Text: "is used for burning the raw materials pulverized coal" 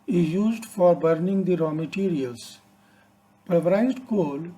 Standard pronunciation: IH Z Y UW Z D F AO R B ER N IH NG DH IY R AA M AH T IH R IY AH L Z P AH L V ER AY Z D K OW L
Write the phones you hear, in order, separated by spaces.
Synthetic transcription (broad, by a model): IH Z Y UW Z D F AO R B ER N IH NG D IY R AA M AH T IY R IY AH L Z P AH V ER AY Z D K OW L